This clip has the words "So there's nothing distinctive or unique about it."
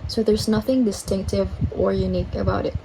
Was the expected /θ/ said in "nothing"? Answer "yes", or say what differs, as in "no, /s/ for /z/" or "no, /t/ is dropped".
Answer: yes